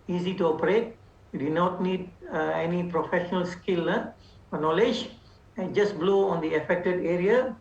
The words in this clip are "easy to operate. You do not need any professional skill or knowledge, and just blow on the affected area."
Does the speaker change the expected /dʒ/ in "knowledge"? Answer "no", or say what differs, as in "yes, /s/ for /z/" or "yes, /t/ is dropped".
no